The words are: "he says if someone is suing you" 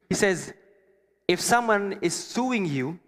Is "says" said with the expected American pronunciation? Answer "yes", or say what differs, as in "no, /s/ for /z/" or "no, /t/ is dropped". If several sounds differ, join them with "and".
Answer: yes